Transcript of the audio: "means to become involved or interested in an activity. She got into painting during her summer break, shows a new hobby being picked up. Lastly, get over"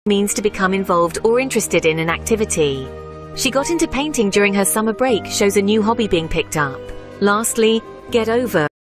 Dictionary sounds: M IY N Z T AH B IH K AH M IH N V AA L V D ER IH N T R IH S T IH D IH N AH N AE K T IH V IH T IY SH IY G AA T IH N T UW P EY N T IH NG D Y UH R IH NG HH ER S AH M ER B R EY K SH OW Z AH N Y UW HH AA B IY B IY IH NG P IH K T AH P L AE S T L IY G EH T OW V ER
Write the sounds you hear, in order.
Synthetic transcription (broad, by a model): M IY N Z T AH B IH K AH M IH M V AA L V D ER IH N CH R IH S T IH D IH N AH N AE K T IH V IH T IY SH IY G AA T IH N T UW P EY N T IH NG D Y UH R IH NG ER S AH M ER B R EY K SH OW Z AH N Y UW HH AA B IY B IY IH NG P IH K T AH P L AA S T L IY G EH T OW V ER